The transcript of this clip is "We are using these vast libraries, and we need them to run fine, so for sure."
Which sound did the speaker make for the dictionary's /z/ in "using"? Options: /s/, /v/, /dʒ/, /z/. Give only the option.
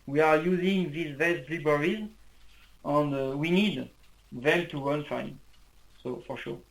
/z/